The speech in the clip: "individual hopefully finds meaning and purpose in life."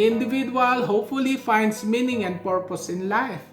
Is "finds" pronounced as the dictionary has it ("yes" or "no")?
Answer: no